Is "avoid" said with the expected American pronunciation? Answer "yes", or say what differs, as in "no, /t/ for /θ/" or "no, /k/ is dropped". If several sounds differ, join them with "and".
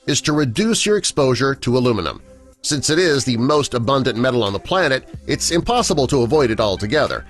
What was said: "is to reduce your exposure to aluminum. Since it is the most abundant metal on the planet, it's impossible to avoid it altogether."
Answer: yes